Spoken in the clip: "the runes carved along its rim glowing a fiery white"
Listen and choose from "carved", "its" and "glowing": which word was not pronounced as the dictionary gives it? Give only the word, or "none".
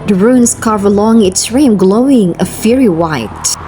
carved